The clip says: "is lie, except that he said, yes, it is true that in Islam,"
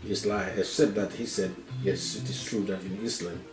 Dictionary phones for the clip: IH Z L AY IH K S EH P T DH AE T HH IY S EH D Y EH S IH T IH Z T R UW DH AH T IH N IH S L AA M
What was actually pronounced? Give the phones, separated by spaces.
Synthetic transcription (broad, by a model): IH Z L AY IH S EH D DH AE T HH IY S EH D Y EH S IH T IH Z T R UW DH AH T IH N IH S L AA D